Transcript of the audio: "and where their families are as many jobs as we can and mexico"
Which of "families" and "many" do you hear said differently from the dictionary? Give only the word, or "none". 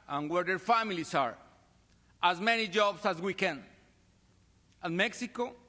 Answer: families